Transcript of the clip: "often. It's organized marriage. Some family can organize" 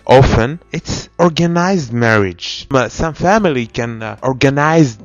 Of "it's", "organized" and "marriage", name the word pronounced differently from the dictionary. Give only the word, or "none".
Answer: none